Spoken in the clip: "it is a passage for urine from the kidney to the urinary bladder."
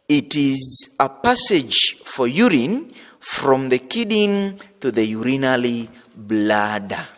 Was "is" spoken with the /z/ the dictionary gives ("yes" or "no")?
yes